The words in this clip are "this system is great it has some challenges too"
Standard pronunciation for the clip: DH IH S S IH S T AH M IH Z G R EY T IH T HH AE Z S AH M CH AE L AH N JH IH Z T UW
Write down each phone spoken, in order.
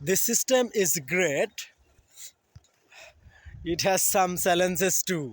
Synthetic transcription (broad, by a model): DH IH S S IH S T AH M IH Z G R EY T IH T HH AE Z S AH M S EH L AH N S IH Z T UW